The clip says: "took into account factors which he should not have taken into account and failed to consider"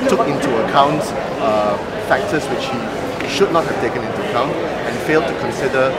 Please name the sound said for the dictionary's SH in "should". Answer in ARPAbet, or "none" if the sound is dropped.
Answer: SH